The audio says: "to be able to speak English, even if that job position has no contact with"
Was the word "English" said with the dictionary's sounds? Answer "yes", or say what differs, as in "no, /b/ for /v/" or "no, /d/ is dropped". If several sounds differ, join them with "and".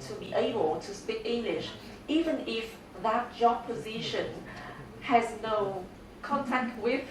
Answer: yes